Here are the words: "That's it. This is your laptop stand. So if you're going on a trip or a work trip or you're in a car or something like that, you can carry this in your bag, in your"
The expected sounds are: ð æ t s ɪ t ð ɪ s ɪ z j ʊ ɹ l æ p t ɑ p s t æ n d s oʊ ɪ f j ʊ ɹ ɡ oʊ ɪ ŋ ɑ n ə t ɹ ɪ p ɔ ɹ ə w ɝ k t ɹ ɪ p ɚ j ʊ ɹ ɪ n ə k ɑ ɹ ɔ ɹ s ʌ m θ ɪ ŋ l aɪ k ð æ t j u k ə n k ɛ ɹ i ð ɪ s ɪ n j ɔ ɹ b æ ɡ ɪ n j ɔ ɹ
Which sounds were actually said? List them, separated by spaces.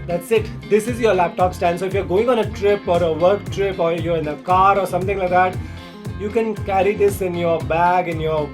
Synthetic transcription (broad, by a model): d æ t s ɪ t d ɪ s ɪ z j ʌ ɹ l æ p t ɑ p s t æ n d s oʊ ɪ f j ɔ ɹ ɡ oʊ ɪ ŋ ɑ n ə t ɹ ɪ p ɔ ɹ ə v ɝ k t ɹ ɪ p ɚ j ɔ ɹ ɪ n ə k ɑ ɹ ɔ ɹ s ʌ m t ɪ ŋ l aɪ k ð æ t j u k ə n k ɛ ɹ i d ɪ s ɪ n j ɔ ɹ b æ ɡ ɪ n j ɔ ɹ